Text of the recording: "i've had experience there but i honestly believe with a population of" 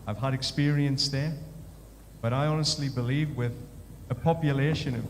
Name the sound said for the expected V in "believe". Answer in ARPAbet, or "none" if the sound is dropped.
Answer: V